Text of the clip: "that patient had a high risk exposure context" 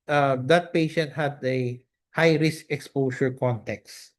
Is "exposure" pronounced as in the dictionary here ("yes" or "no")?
no